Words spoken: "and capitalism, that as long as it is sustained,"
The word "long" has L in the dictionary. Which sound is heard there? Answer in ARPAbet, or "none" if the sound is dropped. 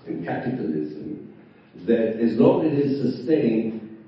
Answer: N